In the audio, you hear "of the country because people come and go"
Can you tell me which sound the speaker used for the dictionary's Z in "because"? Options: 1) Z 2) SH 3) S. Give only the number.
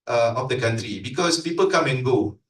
3